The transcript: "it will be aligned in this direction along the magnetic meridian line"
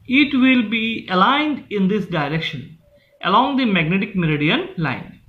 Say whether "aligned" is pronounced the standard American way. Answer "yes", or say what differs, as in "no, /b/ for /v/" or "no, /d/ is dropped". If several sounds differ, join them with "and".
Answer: yes